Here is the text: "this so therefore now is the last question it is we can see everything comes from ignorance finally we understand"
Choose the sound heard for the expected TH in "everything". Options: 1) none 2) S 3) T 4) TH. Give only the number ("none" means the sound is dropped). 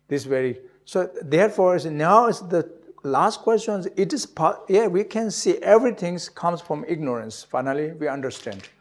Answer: 3